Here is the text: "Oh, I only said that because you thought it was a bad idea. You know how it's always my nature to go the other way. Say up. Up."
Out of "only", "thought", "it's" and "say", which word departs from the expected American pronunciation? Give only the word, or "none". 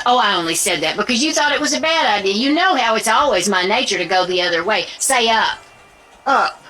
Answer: none